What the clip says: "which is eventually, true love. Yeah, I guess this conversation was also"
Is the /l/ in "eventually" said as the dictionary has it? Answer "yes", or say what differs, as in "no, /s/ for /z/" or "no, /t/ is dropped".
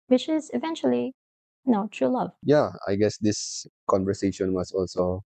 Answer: no, /n/ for /l/